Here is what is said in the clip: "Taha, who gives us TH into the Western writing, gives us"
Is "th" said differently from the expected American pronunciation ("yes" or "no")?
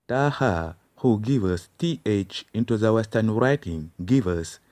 no